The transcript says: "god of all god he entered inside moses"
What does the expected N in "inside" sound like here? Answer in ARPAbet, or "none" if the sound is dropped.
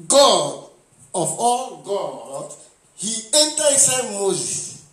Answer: none